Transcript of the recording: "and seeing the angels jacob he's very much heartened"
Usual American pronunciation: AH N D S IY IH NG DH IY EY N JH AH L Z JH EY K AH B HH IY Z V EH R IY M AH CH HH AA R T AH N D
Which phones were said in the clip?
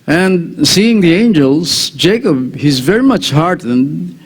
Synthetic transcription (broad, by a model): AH N D S IY IH NG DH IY EY N JH AH L Z JH EY K AH B HH IY Z V EH R IY M AH CH HH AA R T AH N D